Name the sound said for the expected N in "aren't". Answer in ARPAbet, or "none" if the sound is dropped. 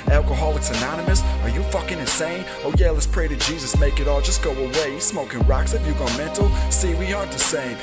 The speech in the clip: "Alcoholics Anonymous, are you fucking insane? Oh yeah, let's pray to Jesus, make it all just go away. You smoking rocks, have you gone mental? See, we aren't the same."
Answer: none